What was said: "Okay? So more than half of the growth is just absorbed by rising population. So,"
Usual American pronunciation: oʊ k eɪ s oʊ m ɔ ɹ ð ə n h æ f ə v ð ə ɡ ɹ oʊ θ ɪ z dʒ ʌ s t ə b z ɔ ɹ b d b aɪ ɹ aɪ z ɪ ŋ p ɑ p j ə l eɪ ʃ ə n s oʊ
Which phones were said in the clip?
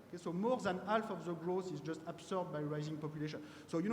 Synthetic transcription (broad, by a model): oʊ k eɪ s oʊ m ɔ ɹ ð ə n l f ə v ð ə ɡ ɹ oʊ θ ɪ z dʒ ʌ s t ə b s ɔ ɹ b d b aɪ ɹ aɪ z ɪ ŋ p ɑ p j ə l eɪ ʃ ə n s oʊ